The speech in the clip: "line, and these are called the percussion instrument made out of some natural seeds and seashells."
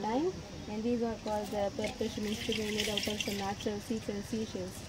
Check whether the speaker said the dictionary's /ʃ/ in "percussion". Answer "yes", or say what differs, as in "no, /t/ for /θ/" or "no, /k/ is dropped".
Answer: no, /s/ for /ʃ/